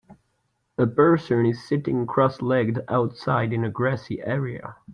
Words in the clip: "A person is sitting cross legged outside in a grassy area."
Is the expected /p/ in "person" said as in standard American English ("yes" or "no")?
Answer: no